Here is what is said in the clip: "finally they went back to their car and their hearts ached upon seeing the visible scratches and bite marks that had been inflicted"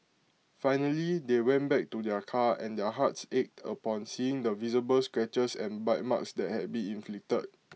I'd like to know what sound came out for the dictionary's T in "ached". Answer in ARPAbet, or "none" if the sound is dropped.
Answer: T